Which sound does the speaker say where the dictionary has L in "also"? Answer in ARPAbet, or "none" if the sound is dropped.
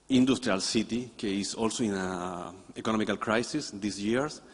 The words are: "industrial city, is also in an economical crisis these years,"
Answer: L